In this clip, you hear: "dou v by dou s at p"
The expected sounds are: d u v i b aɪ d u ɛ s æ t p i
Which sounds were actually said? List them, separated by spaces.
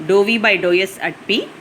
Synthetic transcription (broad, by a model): d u v i b aɪ d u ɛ s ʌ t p i